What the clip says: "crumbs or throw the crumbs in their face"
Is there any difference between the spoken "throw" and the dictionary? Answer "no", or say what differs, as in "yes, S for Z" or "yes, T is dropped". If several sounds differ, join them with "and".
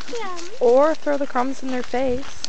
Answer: no